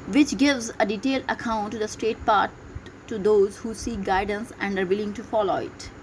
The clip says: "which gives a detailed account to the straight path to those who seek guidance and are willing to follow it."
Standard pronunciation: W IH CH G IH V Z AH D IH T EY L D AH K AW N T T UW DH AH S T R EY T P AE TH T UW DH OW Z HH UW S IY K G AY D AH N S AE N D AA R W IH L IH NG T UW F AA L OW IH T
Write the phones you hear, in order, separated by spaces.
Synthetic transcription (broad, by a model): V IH CH G IH V Z AH D IH T EY L D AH K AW N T T UW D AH S T R EY T P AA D T UW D OW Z HH UW S IY K G AY D AH N S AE N D AA R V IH L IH NG T UW F AA L OW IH T